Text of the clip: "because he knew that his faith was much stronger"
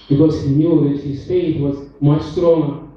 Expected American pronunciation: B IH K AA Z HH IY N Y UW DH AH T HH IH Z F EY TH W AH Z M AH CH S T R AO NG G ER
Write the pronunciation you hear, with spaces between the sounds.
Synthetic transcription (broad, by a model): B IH K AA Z HH IY N Y UW DH AH T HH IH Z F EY T W AH Z M AH CH S T R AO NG G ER